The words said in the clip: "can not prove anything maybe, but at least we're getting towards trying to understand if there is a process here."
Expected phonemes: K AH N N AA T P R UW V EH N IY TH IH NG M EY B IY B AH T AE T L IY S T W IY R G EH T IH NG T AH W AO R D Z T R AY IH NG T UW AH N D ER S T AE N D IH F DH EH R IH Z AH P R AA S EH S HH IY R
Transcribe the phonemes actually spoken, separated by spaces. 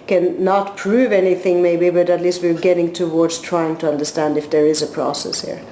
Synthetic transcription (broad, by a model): K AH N N AA T P R UW V EH N IY TH IH NG M EY B IY B AH T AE T L IY S T W IY R G EH T IH NG T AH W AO R D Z T R AY IH NG T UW AH N D ER S T AE N D IH F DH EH R IH Z AH P R AA S EH S HH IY R